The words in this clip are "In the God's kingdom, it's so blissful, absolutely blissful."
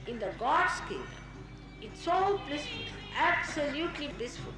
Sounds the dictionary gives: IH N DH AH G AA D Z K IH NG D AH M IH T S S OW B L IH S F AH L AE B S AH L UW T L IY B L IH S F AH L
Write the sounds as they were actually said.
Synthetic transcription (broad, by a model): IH N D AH G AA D S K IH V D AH IH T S S OW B L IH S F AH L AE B S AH L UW T L IY B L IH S F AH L